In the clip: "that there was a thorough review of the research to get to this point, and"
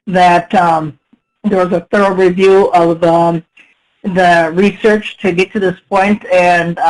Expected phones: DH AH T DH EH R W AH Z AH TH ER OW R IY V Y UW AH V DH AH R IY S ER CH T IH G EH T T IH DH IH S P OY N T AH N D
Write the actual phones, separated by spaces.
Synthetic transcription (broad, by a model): DH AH T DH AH R W AH Z AH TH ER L R IY V Y UW AH V DH AH R IY S ER CH T IH G EH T T IH DH IH S P OY N T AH N